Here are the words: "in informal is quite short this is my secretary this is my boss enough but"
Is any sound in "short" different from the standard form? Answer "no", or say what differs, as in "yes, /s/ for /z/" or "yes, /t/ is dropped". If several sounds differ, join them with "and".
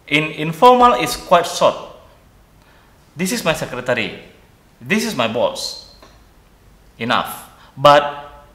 yes, /s/ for /ʃ/